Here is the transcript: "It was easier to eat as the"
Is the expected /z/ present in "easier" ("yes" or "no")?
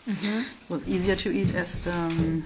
yes